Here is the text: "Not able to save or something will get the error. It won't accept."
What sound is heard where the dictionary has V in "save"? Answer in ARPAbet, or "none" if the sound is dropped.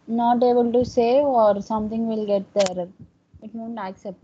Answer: none